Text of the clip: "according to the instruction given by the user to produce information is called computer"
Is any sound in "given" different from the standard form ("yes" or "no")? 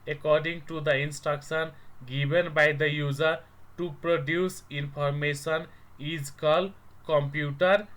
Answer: yes